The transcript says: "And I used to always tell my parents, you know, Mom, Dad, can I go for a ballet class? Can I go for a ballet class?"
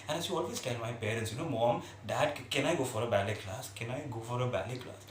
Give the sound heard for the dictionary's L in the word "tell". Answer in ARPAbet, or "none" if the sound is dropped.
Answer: N